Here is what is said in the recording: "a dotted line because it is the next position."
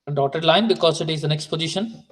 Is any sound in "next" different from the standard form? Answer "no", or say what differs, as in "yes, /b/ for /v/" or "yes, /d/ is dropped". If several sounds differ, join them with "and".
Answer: no